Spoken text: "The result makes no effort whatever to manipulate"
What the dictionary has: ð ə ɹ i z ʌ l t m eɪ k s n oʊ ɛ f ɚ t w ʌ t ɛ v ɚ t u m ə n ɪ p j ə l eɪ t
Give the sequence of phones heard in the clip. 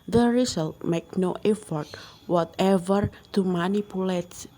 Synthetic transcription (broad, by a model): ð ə ɹ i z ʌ l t m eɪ k n oʊ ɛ f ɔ t w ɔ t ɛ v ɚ t u m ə n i p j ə l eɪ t